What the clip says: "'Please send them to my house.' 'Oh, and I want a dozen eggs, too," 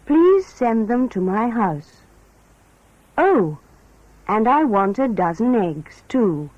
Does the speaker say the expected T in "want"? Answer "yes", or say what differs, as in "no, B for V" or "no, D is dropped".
yes